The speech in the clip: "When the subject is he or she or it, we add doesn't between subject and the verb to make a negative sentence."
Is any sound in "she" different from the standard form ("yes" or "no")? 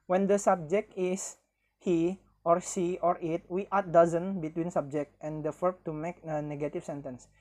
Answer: yes